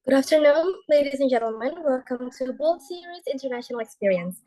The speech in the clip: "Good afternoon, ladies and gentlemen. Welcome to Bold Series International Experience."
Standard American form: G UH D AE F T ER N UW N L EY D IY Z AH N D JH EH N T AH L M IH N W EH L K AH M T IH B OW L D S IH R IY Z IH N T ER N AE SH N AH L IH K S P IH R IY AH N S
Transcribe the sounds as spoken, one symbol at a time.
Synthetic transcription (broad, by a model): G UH D AE F T ER N UW N L EY D IY Z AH N JH EH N T L M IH N W EH L K AH M T IH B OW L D S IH R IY Z IH N T ER N AE SH N AH L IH K S P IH R IY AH N S